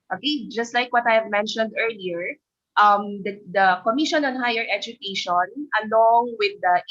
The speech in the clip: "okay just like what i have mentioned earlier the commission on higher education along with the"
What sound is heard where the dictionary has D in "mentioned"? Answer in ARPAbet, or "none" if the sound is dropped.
D